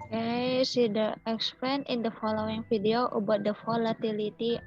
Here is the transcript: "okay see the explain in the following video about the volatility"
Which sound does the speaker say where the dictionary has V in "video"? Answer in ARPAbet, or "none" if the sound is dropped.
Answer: F